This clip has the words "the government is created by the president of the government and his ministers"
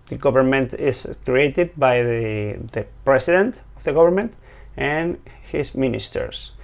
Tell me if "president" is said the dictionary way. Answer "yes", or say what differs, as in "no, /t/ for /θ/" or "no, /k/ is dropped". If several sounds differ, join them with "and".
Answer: no, /s/ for /z/